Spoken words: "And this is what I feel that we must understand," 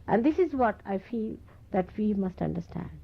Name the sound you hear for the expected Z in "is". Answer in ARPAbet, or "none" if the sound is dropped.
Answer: Z